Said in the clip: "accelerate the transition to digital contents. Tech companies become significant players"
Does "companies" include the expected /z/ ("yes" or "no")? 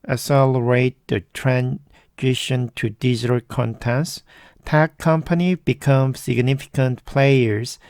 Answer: no